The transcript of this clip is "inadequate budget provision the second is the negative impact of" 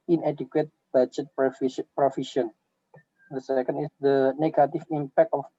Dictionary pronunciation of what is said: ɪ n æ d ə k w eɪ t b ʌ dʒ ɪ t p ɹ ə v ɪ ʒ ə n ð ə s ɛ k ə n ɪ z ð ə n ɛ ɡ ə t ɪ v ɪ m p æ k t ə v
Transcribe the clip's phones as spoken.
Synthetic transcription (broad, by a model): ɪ n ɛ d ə k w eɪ t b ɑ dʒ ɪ t p ɹ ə f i ʃ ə n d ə s ɛ k ə n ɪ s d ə n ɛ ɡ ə t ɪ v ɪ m p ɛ k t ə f